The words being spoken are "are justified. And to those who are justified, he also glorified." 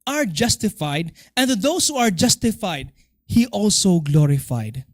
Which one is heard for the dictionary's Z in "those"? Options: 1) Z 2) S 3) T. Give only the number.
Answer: 2